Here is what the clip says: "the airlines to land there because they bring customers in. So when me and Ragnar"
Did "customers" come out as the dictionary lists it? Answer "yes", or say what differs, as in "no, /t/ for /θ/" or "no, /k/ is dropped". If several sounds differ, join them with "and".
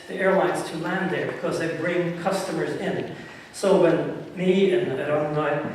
yes